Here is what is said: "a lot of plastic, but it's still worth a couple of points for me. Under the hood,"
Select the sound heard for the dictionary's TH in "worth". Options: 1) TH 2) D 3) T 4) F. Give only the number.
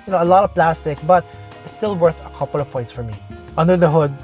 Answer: 1